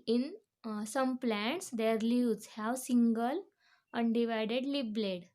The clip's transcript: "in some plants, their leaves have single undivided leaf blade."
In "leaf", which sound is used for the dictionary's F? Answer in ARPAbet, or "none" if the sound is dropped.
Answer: P